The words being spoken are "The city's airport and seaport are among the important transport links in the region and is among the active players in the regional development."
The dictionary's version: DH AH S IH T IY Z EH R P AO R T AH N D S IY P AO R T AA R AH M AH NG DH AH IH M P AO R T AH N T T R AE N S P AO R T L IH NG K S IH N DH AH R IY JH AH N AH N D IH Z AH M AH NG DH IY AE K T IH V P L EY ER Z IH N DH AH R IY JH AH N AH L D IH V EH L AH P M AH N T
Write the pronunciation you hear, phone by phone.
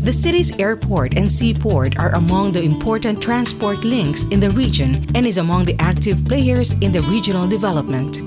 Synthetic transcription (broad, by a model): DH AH S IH T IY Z EH R P AO R T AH N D S IY P AO R T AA R AH M AH NG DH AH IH M P AO R T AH N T T R AE N S P AO R T L IH NG K S IH N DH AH R IY JH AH N AH N D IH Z AH M AH NG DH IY AE K T IH V P L EY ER S IH N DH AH R IY JH AH N AH L D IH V EH L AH P M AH N T